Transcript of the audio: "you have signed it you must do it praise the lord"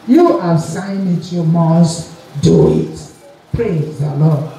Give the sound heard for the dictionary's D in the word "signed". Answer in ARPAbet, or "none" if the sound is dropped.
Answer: none